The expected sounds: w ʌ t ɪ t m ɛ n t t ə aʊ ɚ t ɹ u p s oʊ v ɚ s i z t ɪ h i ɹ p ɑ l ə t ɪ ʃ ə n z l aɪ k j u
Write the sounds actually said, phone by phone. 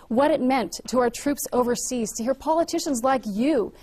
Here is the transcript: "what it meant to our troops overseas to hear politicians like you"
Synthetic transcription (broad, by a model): w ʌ t ɪ t m ɛ n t t ə aʊ ɚ t ɹ u p s oʊ v ɚ s i z t ɪ h i ɹ p ɑ l ə t ɪ ʃ ə n z l aɪ k j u